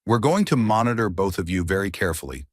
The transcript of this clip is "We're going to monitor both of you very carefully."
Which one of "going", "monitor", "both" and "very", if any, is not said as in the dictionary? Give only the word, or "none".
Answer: none